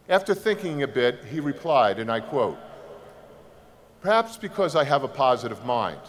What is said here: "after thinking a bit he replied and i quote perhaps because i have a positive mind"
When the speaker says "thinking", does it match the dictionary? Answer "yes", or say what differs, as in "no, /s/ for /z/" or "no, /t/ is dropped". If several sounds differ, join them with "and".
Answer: yes